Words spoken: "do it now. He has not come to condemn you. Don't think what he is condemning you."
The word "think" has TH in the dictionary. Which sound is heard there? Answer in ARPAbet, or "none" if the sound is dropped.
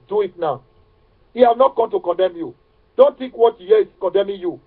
T